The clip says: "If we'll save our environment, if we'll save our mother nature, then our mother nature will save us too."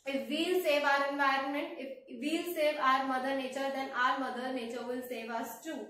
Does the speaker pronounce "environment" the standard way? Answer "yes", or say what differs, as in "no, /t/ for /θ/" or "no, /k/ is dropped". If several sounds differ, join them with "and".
yes